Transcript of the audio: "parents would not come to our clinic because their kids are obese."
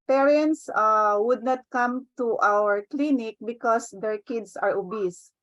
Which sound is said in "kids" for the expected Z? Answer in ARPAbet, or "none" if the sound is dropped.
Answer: S